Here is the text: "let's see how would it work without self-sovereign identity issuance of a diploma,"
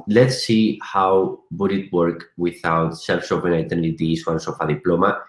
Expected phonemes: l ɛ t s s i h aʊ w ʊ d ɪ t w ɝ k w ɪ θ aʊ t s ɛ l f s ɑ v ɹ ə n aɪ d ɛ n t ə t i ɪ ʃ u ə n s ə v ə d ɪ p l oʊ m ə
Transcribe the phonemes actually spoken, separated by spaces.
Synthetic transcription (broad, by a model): l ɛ t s s i h aʊ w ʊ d ɪ t w ɝ k w ɪ θ aʊ t s ɛ l f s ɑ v ə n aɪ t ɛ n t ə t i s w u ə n s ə f ə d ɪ p l oʊ m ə